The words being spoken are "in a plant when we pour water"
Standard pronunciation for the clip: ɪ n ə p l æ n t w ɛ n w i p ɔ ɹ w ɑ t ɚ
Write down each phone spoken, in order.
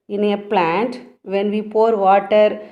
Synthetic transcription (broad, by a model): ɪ n ə p l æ n t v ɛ n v i p ɔ ɹ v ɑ t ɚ